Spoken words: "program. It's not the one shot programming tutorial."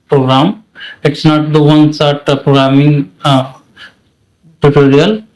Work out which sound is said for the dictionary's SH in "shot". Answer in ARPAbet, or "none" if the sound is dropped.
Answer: S